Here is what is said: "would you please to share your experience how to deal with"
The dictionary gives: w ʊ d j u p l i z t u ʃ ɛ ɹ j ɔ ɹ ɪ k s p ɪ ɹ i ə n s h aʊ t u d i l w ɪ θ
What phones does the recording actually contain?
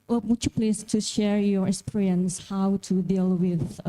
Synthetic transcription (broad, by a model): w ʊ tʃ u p l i s t u ʃ ɛ ɹ j ɔ ɹ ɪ k s p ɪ ɹ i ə n s h aʊ t u d i l w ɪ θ